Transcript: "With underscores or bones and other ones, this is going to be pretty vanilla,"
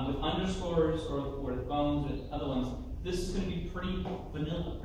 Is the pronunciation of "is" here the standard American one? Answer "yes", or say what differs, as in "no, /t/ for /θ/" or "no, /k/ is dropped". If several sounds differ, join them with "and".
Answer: yes